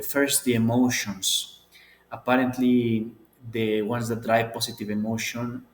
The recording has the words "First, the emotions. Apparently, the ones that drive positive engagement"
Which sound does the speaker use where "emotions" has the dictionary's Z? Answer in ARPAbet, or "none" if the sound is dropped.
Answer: S